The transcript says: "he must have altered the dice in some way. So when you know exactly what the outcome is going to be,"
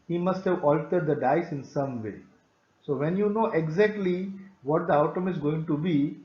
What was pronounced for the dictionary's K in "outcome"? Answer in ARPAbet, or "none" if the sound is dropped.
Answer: none